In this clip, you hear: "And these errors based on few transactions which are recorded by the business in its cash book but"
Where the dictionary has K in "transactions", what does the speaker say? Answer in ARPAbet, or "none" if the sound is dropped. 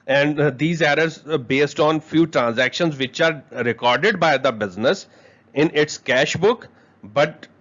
K